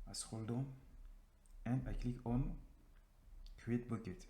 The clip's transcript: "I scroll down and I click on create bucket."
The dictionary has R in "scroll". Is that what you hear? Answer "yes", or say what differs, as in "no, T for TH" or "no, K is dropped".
no, R is dropped